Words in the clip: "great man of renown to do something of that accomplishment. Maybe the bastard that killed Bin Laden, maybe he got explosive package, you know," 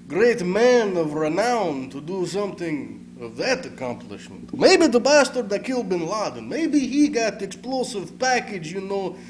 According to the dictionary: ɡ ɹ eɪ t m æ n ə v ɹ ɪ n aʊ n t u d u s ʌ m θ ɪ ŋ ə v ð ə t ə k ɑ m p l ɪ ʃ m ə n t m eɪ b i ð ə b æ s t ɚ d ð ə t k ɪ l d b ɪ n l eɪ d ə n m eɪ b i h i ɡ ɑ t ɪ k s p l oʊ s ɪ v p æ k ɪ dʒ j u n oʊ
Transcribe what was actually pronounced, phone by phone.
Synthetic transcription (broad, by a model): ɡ ɹ eɪ t m æ n ə v ɹ ɪ n aʊ n t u d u s ʌ m θ ɪ ŋ ə v ð ə t ə k ɑ m p l ɪ ʃ m ə n t m eɪ b i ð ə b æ s t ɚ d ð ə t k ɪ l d b ɪ n l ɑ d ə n m eɪ b i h i ɡ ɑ t ɪ k s p l oʊ s ɪ v p æ k ɪ dʒ j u n oʊ